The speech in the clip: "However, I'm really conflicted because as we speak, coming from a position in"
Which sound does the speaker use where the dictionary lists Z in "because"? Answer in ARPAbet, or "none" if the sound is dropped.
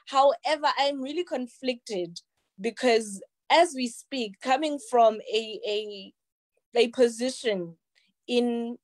Z